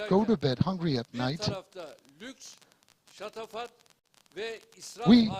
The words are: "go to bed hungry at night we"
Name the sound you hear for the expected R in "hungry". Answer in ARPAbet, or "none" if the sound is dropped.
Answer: R